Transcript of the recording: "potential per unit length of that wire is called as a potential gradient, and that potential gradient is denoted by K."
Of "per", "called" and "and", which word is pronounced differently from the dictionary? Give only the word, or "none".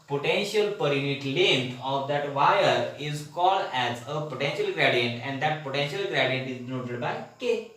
none